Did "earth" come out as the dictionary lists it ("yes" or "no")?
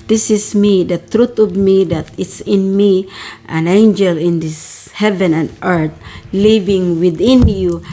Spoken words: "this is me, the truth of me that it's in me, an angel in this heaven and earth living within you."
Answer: no